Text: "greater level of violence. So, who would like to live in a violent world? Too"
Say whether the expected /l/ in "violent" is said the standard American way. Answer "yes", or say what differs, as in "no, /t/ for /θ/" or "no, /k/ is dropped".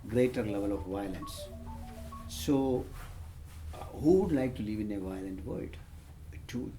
yes